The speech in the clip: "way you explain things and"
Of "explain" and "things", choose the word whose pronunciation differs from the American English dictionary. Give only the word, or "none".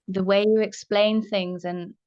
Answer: none